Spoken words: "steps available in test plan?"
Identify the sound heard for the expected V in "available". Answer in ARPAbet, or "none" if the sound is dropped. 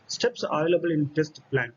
none